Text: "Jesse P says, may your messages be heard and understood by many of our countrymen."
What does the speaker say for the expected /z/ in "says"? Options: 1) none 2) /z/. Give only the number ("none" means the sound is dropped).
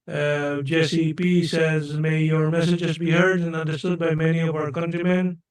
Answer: 2